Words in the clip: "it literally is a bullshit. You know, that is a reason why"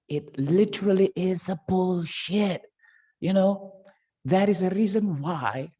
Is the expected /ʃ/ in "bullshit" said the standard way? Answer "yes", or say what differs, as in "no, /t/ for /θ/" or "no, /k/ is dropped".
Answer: yes